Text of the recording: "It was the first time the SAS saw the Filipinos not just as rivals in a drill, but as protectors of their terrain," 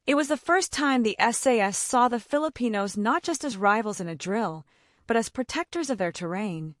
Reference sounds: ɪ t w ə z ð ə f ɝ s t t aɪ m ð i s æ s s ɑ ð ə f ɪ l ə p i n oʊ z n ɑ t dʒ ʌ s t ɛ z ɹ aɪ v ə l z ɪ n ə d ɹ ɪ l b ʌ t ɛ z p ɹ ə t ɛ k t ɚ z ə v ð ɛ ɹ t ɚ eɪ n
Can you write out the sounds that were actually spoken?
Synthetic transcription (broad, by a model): ɪ t w ə z ð ə f ɝ s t t aɪ m ð i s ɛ s s ɑ ð ə f ɪ l ə p i n oʊ z n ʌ t dʒ ʌ s t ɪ z ɹ aɪ v l z ɪ n ə d ɹ ɪ l b ʌ t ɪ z p ɹ ə t ɛ k t ɚ z ə v ð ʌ ɹ t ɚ eɪ n